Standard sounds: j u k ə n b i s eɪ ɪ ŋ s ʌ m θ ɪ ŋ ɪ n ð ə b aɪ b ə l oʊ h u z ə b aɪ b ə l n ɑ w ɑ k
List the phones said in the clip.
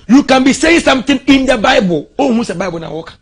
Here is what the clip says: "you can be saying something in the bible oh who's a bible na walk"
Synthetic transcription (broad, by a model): j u k ə n b i s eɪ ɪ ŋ s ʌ m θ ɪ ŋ ɪ n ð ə b aɪ b ə l oʊ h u s ə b aɪ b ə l n ɑ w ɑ k